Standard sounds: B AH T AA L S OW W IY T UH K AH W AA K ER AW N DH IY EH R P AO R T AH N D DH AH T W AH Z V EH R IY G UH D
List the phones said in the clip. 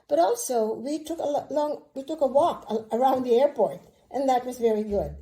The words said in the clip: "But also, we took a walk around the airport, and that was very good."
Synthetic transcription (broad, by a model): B AH T AA L S OW W IY T UH K AH W AA K ER AW N DH IY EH R P AO R T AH N DH AH T W AH Z V EH R IY G UH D